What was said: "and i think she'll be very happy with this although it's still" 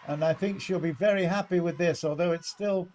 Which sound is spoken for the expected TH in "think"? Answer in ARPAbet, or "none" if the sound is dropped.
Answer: TH